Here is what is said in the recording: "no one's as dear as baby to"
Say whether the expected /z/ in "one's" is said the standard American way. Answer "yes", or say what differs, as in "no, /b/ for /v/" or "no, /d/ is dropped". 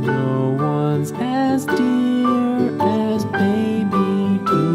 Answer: yes